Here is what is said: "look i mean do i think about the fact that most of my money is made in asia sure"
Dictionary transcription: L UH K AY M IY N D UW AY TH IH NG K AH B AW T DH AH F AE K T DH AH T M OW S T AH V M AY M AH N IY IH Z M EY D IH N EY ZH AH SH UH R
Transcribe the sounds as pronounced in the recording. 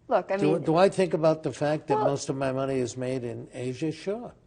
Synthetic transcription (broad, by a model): L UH K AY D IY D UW AY TH IH NG K AH B AW T DH AH F AE K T DH AH T M OW S T AH V M AY M AH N IY IH Z M EY D IH N EY ZH AH SH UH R